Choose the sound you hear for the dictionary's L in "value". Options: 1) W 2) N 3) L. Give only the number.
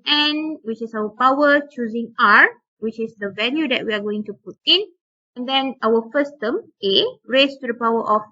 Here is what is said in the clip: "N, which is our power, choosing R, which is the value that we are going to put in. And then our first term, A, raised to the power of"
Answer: 2